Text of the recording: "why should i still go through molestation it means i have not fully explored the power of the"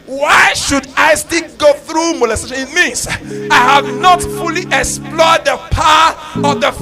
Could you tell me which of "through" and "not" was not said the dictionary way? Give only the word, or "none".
none